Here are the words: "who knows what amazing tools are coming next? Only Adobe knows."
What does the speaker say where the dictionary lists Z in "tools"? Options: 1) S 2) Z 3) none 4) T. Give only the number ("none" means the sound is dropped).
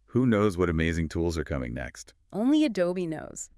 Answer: 2